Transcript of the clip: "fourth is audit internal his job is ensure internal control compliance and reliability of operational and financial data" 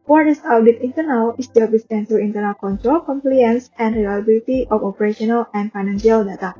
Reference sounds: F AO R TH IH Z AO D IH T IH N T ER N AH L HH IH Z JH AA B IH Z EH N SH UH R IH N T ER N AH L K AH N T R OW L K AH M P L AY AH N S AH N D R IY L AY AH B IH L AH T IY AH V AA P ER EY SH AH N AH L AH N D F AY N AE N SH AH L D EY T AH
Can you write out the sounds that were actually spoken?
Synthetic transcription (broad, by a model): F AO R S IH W D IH T IH N T ER N AH L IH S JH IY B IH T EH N S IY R IH N T ER N AH L K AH N T R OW L K AH M P L AY AH N S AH N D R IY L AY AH B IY L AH T IY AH F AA P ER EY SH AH N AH L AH N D F AY N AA N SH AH L D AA T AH